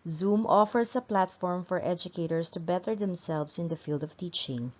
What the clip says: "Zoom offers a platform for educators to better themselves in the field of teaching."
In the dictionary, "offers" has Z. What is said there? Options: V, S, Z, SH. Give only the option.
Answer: S